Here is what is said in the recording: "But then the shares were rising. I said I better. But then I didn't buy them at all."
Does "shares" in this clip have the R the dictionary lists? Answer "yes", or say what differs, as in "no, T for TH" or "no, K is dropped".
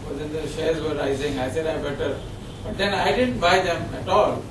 no, L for R